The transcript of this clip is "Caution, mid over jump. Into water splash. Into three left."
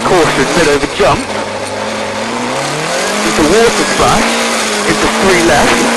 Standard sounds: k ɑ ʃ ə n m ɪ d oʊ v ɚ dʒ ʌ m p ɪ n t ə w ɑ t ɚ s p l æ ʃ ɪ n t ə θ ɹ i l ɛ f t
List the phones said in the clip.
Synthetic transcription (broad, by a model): k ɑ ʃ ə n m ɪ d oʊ v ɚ dʒ ʌ m p ɪ n t ə w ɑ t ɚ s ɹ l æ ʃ ɪ n t ə s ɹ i l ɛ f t